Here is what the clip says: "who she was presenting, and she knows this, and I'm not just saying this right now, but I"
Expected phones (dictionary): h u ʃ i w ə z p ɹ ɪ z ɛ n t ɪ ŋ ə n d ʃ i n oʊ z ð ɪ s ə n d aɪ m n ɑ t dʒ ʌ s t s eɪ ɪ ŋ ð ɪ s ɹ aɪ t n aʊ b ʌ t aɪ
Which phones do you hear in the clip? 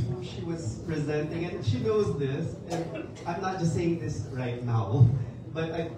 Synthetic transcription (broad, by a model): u ʃ i w ə z p ɹ ɪ z ɛ n t ɪ ŋ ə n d ʃ i n oʊ z ð ɪ s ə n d aɪ m n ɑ t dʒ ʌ s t s eɪ ɪ ŋ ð ɪ s ɹ aɪ t n aʊ b ʌ t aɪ